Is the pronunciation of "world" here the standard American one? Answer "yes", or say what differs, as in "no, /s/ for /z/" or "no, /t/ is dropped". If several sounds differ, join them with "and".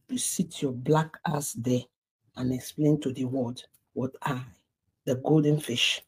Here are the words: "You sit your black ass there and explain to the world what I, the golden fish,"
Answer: no, /l/ is dropped